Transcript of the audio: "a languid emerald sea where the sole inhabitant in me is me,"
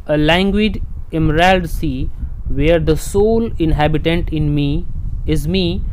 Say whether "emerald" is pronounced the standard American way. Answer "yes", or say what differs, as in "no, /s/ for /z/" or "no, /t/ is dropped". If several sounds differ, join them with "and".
yes